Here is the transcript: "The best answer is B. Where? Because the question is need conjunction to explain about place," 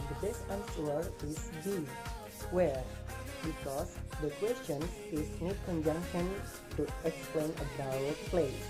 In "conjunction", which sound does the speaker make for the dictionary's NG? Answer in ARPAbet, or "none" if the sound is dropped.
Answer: NG